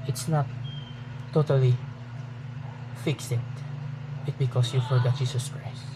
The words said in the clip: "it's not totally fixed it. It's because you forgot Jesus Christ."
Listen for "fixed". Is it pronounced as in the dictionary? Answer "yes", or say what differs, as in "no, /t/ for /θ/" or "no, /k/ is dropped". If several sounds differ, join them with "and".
no, /t/ is dropped